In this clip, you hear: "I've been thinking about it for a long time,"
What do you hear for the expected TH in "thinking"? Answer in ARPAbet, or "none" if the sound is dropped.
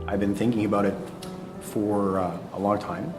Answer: TH